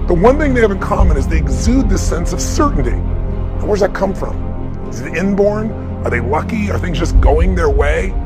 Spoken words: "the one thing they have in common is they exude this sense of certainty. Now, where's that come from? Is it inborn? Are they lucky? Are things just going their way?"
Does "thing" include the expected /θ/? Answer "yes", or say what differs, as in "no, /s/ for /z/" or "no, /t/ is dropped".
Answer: yes